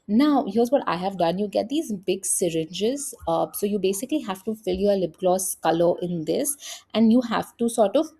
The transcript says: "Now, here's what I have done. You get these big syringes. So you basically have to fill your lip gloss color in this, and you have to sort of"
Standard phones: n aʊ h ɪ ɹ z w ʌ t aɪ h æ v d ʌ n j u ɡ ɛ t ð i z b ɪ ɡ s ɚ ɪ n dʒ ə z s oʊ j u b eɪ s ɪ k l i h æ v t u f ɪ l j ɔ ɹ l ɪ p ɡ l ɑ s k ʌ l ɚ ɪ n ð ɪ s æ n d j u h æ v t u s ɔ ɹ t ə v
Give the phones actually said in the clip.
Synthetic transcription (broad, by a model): n aʊ h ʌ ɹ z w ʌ t aɪ h æ v d ʌ n j u ɡ ɛ t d i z b ɪ ɡ s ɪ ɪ n dʒ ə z s oʊ j u b eɪ s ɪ k l i h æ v t u f ɪ l j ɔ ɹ l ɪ b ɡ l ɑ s k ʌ l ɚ ɪ n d ɪ s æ n d j u h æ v t u s ɔ ɹ t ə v